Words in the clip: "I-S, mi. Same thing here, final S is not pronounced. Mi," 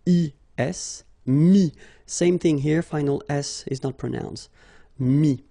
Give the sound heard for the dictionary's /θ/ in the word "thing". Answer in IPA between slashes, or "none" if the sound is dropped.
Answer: /θ/